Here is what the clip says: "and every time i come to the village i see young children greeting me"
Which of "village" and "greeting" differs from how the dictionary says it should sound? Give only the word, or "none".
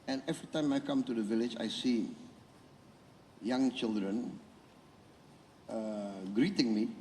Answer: none